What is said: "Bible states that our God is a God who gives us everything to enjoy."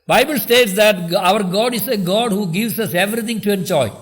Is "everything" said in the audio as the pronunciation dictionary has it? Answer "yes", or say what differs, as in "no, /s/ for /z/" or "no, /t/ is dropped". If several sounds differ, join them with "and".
no, /t/ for /θ/